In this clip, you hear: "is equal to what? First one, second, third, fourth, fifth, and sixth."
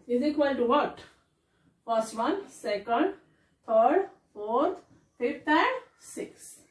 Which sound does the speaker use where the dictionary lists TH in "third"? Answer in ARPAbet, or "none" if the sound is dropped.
T